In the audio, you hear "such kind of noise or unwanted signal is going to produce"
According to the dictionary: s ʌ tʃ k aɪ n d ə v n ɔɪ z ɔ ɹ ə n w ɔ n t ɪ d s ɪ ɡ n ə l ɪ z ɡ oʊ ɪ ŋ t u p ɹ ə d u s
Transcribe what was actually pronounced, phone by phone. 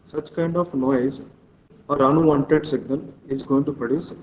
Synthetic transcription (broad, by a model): s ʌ tʃ k aɪ n d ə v n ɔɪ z ɔ ɹ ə n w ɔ n t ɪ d s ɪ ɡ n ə n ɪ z ɡ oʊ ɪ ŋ t u p ɹ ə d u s